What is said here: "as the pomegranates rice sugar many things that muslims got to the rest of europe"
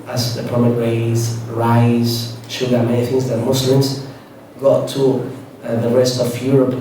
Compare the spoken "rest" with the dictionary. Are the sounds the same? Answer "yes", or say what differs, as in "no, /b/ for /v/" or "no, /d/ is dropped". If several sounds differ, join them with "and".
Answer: yes